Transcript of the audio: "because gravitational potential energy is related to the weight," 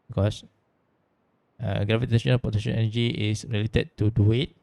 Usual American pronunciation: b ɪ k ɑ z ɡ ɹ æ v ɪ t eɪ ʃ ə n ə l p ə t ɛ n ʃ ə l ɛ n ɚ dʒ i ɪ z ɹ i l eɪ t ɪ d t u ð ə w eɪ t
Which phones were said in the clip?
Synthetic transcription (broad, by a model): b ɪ k ɑ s ɡ ɹ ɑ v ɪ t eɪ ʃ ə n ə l p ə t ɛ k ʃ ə n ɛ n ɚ dʒ i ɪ s ɹ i l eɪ t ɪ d t u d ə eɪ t